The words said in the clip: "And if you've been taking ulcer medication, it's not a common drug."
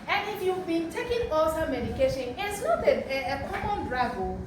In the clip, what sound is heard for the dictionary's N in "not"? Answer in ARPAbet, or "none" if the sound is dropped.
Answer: L